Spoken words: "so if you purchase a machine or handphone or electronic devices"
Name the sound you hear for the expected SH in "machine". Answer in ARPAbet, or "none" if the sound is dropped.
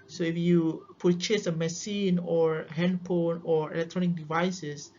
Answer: S